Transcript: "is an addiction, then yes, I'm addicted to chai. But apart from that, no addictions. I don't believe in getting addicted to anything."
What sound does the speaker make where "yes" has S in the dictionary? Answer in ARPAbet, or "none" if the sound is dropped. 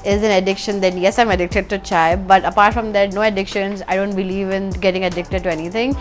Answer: S